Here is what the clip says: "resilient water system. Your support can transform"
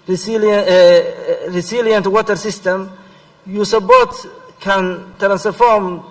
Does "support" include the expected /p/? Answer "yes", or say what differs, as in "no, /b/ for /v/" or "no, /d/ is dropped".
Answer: no, /b/ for /p/